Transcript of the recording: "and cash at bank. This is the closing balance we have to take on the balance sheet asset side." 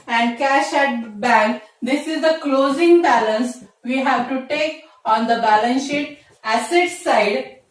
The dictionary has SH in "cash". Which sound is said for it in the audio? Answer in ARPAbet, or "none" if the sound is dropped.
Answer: SH